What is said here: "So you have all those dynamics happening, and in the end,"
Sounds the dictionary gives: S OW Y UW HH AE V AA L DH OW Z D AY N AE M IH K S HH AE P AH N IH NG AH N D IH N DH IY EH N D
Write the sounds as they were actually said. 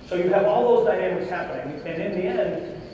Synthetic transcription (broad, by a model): S OW Y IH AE V AA L DH OW Z D AY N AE M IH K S HH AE P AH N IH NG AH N IH N DH IY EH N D